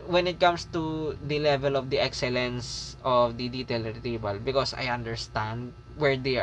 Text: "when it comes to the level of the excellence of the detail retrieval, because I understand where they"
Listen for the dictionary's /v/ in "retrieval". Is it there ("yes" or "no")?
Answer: no